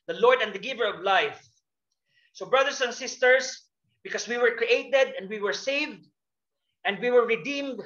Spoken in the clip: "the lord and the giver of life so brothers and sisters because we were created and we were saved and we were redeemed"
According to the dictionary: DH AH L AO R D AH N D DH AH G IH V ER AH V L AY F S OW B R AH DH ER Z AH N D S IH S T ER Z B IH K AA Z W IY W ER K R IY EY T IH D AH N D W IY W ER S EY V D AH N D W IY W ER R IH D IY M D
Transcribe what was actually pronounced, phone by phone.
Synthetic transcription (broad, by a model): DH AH L AO R D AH N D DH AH G IH V ER AH V L AY F S OW B R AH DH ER S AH N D S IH S T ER S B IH K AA S W IY W ER K R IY EY T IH D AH N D W IY W ER S EY V D AH N D W IY W ER R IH D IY M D